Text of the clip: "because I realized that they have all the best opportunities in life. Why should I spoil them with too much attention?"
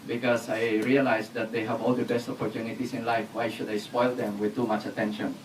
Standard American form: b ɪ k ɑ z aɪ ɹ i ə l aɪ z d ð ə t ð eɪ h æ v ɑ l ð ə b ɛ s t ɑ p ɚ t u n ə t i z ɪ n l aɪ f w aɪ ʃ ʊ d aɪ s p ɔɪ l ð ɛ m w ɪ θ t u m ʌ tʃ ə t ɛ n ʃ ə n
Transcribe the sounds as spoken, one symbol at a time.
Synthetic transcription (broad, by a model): b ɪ k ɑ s aɪ ɹ i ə l aɪ s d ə t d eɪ h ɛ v ɑ l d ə b ɛ s t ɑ p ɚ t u n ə t i s ɪ n l aɪ f w aɪ ʃ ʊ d aɪ s p ɔɪ l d ɛ m w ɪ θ t u m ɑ tʃ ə t ɛ n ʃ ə n